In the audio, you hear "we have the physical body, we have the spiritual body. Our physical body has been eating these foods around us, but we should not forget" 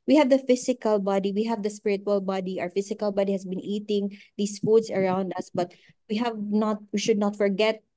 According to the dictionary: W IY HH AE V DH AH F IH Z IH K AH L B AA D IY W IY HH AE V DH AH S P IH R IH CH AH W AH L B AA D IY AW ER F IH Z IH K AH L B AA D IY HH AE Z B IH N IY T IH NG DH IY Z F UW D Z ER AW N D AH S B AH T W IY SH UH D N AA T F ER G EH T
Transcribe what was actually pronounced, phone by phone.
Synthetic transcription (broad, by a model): W IY HH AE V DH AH F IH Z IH K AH L B AA D IY W IY HH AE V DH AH S P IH R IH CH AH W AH L B AA D IY AW ER F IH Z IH K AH L B AA D IY HH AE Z B IH N IY T IH NG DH IY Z F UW D S ER AW N D AH S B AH T W IY SH UH D N AA T F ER G EH T